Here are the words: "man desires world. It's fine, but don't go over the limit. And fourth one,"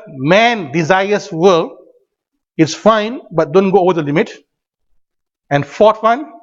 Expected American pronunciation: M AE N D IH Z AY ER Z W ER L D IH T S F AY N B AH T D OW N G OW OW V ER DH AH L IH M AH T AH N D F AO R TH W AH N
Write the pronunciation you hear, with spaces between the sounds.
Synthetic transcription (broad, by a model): M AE N D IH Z AY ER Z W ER L IH T S F AY N B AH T D OW N G OW OW V ER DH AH L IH M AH T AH N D F AO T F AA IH N